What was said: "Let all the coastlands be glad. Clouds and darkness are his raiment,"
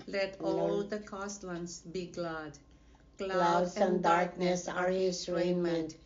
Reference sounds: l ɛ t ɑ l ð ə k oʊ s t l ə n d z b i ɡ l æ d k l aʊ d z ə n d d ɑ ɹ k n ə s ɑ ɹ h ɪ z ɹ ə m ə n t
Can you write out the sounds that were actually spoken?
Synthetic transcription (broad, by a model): l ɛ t ɑ l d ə k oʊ s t w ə n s b i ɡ l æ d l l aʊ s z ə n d d ɑ ɹ k n ə s ɑ ɹ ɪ s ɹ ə m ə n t